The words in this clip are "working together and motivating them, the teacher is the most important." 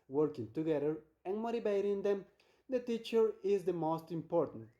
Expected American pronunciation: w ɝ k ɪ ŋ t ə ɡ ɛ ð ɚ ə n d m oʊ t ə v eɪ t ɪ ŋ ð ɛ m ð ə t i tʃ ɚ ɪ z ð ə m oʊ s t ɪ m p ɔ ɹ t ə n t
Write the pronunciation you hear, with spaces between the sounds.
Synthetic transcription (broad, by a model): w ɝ k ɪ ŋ t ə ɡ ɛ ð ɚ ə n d m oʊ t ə b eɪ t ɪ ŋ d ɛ m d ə t i tʃ ɚ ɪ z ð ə m oʊ s t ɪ m p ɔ ɹ t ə n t